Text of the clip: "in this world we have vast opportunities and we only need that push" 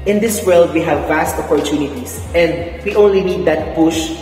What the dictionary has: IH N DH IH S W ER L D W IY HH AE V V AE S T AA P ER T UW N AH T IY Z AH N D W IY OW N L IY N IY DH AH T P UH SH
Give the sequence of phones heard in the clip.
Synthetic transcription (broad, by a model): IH N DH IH S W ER L D W IY HH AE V V AE S T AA P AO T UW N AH T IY S AH N D W IY OW N L IY N IY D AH T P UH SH